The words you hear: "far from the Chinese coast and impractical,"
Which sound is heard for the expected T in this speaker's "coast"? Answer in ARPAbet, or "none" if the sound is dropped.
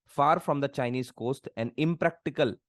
T